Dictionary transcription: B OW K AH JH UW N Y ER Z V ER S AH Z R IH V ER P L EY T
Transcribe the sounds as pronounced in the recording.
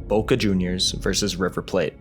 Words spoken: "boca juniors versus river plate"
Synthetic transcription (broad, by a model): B OW K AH JH UW N Y ER Z V ER S AH Z R IH V ER P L EY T